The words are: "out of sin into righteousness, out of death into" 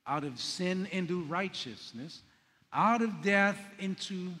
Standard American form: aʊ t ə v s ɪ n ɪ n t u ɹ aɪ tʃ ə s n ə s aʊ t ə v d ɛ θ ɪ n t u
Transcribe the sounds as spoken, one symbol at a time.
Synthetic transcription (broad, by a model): aʊ t ə v s ɪ n ɪ n t u ɹ aɪ tʃ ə s n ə s aʊ t ə v d ɛ θ ɪ n t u